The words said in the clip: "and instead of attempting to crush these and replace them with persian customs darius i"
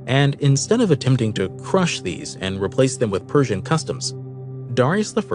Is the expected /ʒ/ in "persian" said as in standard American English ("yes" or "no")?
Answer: yes